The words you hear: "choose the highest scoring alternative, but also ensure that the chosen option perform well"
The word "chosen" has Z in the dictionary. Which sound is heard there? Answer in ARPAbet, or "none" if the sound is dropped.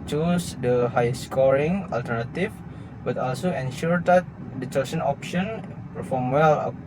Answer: S